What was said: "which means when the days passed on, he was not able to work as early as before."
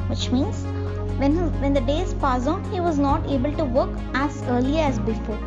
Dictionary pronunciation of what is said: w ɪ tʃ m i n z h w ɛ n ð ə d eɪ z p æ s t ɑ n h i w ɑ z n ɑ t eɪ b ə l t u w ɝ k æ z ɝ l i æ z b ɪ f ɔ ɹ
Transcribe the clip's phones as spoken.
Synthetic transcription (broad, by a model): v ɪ tʃ m i n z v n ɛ n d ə d eɪ z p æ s ɑ n h i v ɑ z n ɑ t eɪ b ə l t u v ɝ k æ z ɝ l i æ z b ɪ f ɔ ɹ